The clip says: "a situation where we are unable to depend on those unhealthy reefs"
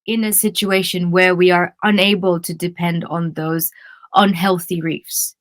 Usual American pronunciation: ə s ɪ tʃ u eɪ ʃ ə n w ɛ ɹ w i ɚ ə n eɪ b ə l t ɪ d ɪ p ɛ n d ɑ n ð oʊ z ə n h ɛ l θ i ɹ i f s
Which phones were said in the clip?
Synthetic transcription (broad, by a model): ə s ɪ tʃ u eɪ ʃ ə n w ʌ ɹ w i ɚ ə n eɪ b ə l t ɪ d ɪ p ɛ n d n ð oʊ z ə n h ɛ l θ i ɹ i f s